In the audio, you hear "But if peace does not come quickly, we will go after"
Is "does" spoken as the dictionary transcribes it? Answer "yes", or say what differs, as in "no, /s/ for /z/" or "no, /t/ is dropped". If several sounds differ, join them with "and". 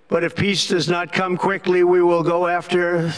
yes